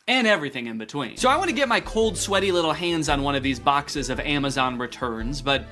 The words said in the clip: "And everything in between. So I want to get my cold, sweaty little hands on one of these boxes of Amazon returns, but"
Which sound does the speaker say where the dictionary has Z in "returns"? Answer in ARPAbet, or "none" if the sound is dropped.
Z